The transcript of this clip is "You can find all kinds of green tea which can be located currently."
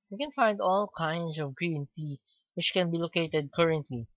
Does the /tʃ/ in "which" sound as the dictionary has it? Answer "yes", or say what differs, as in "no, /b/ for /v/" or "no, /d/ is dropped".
yes